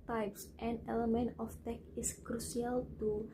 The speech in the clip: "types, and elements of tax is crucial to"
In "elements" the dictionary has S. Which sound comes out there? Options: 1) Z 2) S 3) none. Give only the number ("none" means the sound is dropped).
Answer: 3